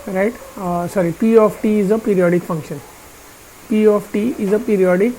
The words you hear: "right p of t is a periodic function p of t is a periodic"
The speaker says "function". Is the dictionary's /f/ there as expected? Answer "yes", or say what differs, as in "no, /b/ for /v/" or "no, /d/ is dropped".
yes